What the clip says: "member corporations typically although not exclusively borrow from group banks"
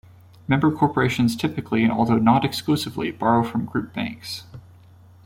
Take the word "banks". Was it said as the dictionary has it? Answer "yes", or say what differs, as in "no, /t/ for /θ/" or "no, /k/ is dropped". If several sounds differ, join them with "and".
yes